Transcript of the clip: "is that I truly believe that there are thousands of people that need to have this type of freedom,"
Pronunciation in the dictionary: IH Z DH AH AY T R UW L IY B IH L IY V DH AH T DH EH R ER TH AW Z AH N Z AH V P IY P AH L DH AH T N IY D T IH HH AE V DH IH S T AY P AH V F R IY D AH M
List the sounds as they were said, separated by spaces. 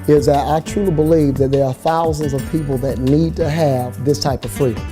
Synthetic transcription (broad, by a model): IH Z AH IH T R UW L IY B IH L IY V DH AH T DH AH R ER TH AW Z AH N Z AH V P IY P L DH AH T N IY D T IH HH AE V DH IH S T AY P AH V F R IY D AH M